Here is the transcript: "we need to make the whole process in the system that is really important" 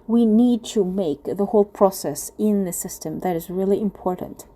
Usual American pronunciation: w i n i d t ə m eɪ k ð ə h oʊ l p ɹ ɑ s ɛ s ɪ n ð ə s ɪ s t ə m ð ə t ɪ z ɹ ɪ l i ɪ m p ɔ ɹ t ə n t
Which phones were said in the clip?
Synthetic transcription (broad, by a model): w i n i d t ə m eɪ k ð ə h oʊ l p ɹ ɑ s ɛ s ɪ n ð ə s ɪ s t ə m ð ə t ɪ z ɹ ɪ l i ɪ m p ɔ ɹ t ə n t